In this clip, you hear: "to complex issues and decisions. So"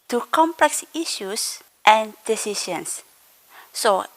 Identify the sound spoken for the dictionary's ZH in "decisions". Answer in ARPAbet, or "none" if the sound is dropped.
SH